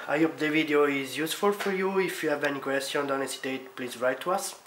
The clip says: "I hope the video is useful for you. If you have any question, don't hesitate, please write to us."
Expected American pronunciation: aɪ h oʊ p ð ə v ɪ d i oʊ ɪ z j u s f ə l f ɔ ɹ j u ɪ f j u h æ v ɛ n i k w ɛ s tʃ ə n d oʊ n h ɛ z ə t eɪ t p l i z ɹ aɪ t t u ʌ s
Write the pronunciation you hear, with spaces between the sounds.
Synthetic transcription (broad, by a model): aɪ h oʊ p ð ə v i d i oʊ ɪ z j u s f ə l f ɔ ɹ j u ɪ f j u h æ v ɛ n i k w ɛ s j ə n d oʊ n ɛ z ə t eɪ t p l i z ɹ aɪ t t u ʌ s